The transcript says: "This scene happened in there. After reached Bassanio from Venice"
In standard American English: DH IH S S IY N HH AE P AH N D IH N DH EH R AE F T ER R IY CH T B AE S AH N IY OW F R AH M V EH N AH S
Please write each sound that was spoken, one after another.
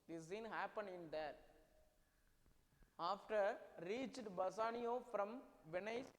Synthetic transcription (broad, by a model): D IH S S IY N HH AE P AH N IH N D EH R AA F T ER R IY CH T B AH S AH N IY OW F R AH M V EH N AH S